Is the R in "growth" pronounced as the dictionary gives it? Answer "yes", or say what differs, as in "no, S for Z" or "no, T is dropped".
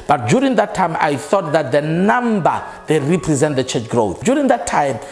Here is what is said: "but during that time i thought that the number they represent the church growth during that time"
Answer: yes